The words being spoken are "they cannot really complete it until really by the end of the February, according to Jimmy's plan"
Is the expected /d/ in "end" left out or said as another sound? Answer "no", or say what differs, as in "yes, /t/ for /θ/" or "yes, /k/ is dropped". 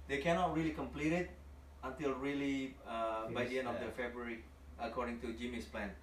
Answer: yes, /d/ is dropped